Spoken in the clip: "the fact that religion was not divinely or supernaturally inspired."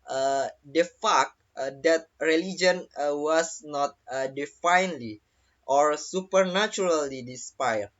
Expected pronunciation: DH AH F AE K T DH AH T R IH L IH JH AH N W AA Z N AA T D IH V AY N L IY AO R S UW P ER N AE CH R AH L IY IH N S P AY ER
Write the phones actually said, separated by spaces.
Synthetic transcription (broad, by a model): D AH F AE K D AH T R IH L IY JH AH N W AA S N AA T D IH F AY N L IY AO R S UW P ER N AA CH R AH L IY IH S P AY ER